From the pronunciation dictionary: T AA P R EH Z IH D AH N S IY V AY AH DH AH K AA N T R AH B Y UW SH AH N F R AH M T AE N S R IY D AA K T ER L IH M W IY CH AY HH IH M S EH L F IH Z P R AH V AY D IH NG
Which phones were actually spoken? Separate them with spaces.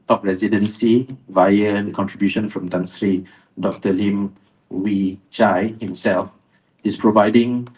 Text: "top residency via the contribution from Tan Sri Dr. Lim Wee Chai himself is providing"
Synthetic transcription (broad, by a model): T AA P R EH Z IH D AH N S IY V AY AH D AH K AA N T R AH B Y UW SH AH N F R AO M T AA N S R IY D AA K T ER L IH M W IY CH AY HH IH M S EH L F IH S P R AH V AY D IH NG